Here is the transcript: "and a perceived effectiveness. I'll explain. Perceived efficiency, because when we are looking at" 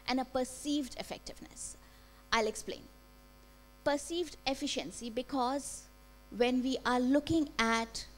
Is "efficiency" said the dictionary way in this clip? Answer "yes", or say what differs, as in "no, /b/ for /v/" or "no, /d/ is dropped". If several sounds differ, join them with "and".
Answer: yes